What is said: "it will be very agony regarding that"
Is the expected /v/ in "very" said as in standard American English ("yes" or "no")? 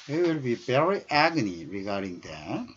no